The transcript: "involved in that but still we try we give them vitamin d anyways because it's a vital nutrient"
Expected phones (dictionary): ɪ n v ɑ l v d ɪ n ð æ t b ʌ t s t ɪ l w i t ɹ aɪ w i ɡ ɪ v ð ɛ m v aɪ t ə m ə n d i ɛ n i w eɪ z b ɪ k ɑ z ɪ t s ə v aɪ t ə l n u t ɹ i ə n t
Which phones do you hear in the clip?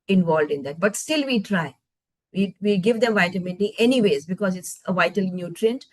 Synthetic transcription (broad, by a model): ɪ n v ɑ l d ɪ n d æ t b ʌ t s t ɪ l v i t ɹ aɪ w i ɡ ɪ v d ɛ m v aɪ t ə m ə n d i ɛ n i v eɪ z b ɪ k ɑ z ɪ t s ə v aɪ t ə l n u t ɹ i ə n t